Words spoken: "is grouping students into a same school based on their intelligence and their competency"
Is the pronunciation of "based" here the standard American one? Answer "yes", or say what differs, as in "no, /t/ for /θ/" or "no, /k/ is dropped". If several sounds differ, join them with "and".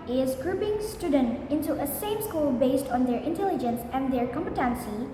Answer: yes